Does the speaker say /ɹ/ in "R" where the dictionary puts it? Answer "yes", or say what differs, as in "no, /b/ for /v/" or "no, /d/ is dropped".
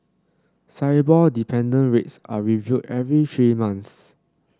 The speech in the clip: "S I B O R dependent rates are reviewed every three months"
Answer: no, /l/ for /ɹ/